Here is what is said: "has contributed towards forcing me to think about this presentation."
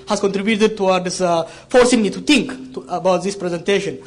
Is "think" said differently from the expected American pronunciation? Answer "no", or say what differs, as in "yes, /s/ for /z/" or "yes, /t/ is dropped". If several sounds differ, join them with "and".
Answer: yes, /t/ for /θ/